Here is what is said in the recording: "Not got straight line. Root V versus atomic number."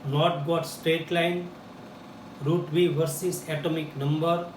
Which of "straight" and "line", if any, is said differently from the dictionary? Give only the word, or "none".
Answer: none